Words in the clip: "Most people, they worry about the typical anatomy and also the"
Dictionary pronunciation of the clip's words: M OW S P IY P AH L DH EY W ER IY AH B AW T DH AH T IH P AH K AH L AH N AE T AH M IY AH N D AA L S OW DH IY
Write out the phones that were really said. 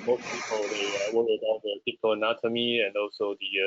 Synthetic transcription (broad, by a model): M OW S P IY P AH L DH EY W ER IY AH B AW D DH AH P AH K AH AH N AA T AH M IY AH N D AA L S OW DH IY